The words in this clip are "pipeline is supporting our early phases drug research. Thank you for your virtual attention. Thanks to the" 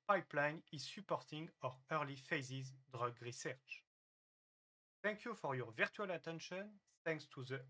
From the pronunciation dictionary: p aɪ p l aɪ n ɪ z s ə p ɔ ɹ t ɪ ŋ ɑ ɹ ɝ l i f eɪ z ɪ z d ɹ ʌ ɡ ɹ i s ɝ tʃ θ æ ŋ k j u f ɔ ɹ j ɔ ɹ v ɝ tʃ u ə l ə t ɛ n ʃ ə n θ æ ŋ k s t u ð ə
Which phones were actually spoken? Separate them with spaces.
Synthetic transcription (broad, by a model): p aɪ p l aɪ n ɪ z s ə p ɔ ɹ t ɪ ŋ ɑ ɹ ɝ l i f eɪ z ɪ z d ɹ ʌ ɡ ɹ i s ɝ tʃ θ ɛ ŋ k j u f ɔ ɹ j ɔ ɹ v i tʃ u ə l ə t ɛ n ʃ ə n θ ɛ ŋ k s t u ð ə